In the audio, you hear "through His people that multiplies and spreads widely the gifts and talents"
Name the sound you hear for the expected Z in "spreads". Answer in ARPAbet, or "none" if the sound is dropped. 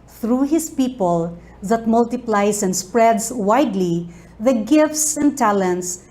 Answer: S